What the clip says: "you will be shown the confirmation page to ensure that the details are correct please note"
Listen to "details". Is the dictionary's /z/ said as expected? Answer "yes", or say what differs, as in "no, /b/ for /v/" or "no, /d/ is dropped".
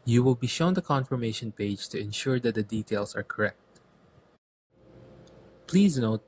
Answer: no, /s/ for /z/